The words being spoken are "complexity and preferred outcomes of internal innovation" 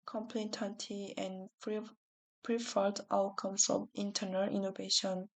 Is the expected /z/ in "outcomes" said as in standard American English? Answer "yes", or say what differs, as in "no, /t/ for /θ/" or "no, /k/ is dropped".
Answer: no, /s/ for /z/